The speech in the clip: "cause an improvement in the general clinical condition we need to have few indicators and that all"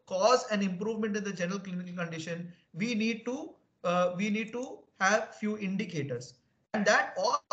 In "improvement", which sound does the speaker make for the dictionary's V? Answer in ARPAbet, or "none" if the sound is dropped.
V